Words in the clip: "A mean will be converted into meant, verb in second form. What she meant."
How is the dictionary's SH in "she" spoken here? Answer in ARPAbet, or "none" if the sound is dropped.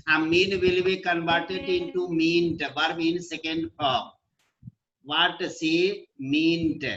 S